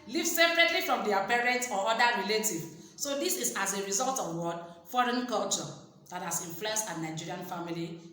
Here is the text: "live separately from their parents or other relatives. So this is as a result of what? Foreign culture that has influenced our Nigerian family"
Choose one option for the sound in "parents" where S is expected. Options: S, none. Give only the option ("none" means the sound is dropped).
none